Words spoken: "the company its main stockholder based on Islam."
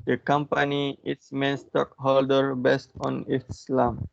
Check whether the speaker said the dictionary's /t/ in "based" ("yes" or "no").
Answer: yes